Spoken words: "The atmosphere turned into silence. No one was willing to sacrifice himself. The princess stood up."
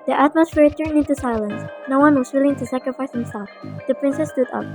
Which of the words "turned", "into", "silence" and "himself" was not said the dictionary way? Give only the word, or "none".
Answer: turned